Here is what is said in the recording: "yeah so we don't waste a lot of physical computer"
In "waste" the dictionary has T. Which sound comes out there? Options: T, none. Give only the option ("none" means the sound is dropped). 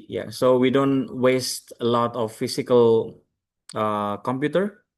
T